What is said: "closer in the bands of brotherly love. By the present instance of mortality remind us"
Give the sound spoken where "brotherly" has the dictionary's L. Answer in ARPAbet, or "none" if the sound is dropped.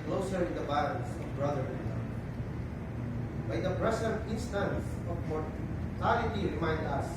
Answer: none